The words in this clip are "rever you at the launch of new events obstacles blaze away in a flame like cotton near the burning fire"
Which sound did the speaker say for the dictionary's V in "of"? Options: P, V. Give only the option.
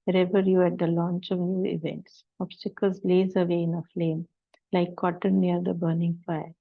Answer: V